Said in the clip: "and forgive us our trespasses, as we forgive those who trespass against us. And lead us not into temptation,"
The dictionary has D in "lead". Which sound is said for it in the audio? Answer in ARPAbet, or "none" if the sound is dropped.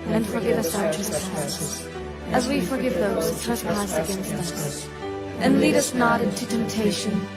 D